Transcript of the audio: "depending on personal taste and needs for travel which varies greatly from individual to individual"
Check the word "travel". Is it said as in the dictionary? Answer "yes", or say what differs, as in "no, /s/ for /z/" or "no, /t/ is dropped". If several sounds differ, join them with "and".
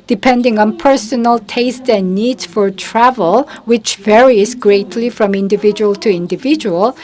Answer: yes